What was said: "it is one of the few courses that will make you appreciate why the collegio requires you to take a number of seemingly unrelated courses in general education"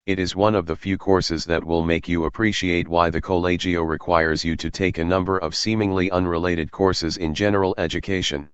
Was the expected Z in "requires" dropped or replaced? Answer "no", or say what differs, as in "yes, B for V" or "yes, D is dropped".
no